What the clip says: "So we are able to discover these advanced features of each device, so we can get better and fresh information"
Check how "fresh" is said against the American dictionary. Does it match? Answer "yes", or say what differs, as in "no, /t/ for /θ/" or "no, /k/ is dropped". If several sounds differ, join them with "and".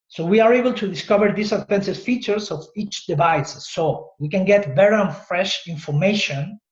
yes